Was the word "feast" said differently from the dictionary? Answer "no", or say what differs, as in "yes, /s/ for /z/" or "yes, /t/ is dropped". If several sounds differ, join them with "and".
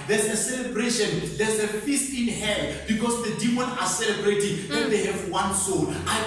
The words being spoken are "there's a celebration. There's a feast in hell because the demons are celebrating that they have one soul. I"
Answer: no